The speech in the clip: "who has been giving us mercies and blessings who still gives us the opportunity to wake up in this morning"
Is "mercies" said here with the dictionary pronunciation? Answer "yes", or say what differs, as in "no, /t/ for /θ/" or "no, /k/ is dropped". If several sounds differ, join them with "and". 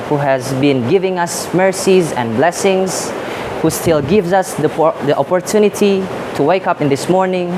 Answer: yes